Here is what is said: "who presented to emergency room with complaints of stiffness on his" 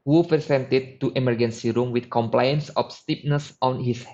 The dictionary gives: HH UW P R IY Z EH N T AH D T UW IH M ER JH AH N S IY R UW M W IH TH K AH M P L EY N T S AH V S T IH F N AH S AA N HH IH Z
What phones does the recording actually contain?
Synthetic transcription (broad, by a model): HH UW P R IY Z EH N T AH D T UW IH M ER JH AH N S IY R UW M W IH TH K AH M P L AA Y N S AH F S T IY P N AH S AA N HH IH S